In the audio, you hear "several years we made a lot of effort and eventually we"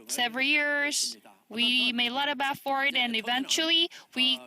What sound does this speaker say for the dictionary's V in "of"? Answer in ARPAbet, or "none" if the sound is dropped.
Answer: B